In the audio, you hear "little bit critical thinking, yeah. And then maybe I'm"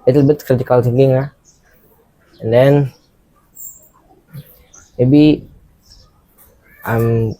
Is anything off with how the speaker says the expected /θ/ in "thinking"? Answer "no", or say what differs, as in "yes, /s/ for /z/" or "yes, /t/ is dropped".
yes, /t/ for /θ/